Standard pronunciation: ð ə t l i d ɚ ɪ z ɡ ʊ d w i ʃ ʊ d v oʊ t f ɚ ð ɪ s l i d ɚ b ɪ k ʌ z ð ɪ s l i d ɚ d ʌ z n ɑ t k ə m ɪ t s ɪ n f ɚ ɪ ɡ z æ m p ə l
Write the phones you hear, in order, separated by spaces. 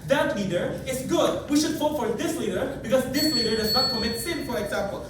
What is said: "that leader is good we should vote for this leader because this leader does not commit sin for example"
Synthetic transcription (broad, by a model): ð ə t l i d ɚ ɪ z ɡ ʊ d w i ʃ ʊ d f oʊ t f ɚ ð ɪ s l i d ɚ b ɪ k ʌ z ð ɪ s l i d ɚ d ʌ z n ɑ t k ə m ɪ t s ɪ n f ɚ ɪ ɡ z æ m p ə l